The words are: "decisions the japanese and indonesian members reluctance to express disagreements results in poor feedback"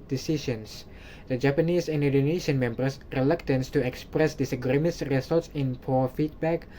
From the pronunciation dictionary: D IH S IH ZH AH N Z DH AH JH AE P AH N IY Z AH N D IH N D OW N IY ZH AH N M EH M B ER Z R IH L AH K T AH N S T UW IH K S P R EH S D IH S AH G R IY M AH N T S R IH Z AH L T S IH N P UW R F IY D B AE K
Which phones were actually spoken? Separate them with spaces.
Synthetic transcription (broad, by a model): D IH S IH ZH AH N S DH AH JH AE P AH N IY S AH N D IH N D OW N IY SH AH N M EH M B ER S R IH L AH K T AH N S T UW IH K S P R EH S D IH S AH G R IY M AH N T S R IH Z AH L T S IH N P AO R F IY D B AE K